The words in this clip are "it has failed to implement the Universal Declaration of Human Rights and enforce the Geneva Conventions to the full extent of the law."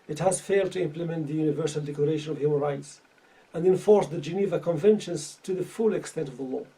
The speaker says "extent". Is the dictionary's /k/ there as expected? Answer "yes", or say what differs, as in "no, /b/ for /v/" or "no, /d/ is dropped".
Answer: yes